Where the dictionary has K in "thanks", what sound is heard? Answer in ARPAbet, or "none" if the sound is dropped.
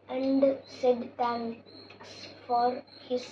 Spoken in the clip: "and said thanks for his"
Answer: none